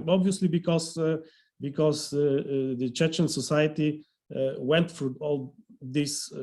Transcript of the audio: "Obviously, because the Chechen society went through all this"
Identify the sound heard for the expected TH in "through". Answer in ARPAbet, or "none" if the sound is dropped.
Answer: F